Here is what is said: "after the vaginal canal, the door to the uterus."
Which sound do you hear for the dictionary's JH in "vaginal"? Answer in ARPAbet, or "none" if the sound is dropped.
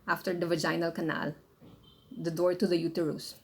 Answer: JH